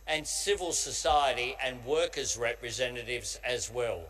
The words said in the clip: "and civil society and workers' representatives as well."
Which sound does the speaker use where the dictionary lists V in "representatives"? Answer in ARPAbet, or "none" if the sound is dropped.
V